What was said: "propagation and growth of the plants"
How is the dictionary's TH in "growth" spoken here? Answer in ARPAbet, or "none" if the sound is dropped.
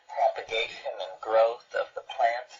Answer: TH